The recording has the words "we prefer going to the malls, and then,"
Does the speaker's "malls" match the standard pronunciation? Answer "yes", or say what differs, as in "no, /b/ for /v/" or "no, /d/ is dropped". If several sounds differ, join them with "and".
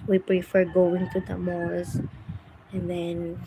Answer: no, /l/ is dropped